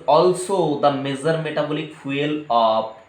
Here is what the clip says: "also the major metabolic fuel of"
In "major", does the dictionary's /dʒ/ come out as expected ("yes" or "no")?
no